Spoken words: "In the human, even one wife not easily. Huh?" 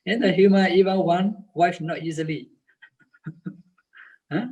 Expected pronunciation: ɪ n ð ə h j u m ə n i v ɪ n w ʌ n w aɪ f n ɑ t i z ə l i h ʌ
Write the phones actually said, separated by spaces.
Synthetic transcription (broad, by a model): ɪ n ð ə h j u m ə i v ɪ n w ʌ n w aɪ f n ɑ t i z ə l i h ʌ